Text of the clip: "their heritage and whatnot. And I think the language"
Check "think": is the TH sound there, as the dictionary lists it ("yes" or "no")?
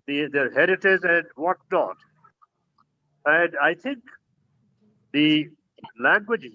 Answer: no